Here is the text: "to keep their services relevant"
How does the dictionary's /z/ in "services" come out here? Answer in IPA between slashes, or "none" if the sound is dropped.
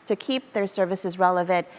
/z/